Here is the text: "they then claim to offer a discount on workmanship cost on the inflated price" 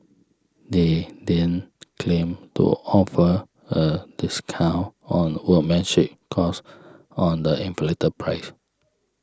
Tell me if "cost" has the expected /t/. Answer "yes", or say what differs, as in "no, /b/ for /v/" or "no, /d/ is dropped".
no, /t/ is dropped